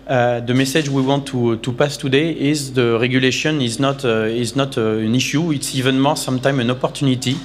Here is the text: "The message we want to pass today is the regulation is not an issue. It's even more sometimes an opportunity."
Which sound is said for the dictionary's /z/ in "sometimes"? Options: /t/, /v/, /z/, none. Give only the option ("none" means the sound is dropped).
none